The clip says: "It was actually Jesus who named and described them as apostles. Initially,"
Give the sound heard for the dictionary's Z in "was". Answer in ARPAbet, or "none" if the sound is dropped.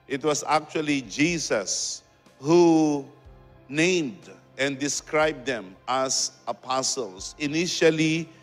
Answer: S